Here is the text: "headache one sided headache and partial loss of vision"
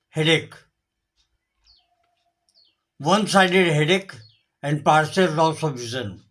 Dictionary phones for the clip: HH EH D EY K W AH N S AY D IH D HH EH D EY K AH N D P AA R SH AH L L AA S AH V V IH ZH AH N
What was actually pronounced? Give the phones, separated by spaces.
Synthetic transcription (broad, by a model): HH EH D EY K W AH N S AY D IH D HH EH D EY K AH N D P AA R S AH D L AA S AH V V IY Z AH N